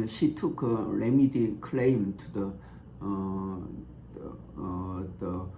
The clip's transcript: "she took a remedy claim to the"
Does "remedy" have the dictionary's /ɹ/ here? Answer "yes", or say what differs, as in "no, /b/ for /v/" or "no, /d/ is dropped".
yes